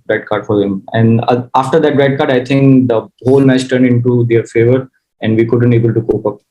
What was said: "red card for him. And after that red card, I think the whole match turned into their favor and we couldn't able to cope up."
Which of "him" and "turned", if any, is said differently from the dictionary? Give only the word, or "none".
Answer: none